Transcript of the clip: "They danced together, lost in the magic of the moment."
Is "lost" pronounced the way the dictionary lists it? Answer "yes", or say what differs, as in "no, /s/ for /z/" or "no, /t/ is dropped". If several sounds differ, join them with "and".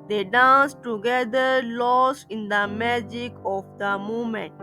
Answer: no, /t/ is dropped